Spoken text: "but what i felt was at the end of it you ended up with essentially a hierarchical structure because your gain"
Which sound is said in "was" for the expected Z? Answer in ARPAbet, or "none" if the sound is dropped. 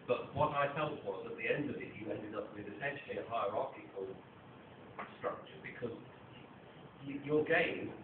Z